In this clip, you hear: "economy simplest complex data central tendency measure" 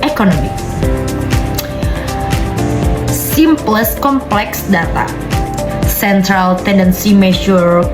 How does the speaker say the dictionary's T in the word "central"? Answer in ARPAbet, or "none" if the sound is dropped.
T